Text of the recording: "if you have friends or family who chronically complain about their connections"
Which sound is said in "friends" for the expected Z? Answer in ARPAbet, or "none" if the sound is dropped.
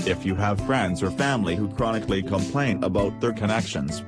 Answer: Z